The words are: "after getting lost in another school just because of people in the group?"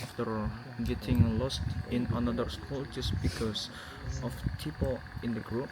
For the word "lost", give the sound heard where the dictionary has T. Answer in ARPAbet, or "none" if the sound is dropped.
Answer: T